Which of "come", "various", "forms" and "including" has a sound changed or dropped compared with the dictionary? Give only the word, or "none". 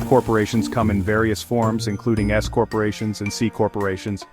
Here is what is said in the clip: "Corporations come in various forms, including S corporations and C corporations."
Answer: none